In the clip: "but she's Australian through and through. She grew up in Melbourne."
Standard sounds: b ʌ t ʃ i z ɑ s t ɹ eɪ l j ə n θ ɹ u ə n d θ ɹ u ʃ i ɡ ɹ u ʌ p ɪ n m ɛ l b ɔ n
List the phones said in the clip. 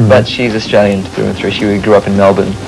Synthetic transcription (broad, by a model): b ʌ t ʃ i z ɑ s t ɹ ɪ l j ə n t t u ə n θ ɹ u ʃ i ɡ ɹ u ʌ p ɪ n m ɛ l b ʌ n